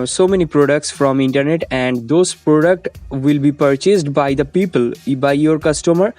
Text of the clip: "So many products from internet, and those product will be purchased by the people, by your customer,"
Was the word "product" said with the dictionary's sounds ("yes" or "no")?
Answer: yes